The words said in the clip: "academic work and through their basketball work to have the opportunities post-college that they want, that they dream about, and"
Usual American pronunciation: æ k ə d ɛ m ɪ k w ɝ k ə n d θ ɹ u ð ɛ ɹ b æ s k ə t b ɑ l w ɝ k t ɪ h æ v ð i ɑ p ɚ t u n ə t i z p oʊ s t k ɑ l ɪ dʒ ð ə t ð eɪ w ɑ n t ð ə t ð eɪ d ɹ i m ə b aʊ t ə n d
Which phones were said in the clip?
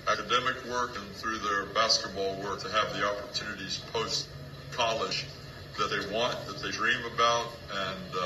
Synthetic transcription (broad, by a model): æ k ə d ɛ m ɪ k w ɝ k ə n θ ɹ u ð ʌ ɹ b æ s k ə t b ɑ l w ɝ k t ɪ v ð i ɑ p ɚ t u n ə t i z p oʊ s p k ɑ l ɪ ʃ ð ə t ð eɪ w ɑ n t ð ə t ð eɪ d ɹ i m ə b aʊ t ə n